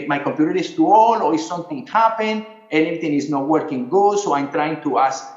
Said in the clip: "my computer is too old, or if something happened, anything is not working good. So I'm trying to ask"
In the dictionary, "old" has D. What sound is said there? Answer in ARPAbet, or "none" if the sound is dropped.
none